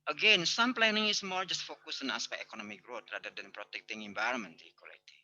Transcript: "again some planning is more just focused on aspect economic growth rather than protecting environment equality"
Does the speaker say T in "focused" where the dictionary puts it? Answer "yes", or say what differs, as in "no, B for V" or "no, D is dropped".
no, T is dropped